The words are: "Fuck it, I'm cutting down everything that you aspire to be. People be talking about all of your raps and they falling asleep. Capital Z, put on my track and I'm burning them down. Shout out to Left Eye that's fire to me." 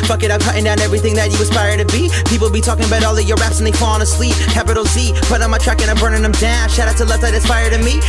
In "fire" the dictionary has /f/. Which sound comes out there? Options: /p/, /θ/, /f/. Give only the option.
/p/